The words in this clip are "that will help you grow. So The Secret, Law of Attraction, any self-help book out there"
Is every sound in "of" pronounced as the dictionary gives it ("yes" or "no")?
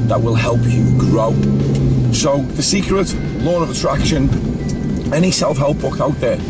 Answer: yes